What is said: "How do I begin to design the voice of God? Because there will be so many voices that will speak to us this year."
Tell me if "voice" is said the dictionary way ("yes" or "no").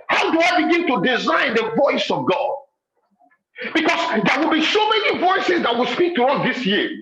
yes